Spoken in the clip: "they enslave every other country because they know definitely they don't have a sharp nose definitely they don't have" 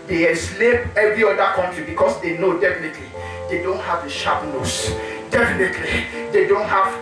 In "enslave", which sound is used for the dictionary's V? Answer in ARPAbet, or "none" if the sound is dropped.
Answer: P